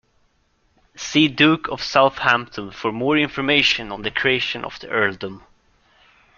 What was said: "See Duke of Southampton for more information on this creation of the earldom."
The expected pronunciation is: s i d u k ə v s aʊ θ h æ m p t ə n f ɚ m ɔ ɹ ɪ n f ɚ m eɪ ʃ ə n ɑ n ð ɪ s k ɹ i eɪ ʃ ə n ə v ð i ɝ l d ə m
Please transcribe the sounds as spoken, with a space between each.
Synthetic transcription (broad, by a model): s i d u k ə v s aʊ θ h æ m p t ə n f ɚ m ɔ ɹ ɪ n f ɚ m eɪ ʃ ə n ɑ n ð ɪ k ɹ i eɪ ʃ ə n ə v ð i ɝ l d ə m